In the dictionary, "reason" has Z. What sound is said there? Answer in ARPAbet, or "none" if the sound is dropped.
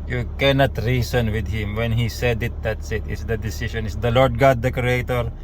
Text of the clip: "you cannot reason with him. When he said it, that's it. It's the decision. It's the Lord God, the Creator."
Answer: S